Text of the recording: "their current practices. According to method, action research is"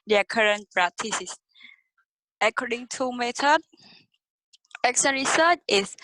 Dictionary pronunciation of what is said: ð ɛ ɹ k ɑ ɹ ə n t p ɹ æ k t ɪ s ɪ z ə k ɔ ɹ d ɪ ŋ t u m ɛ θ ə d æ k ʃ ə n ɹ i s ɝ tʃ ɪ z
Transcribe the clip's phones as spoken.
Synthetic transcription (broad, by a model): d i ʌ k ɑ ɹ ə n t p ɹ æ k t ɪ s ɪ s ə k ɔ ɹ d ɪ ŋ t u m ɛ t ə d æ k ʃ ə n ɹ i s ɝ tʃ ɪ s